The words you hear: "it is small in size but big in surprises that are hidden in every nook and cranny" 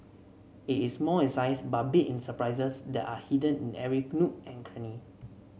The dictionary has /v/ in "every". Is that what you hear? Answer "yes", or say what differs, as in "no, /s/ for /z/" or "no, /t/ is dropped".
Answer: no, /v/ is dropped